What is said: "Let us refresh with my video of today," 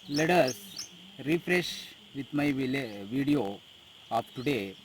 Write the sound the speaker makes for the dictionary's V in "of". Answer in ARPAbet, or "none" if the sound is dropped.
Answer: P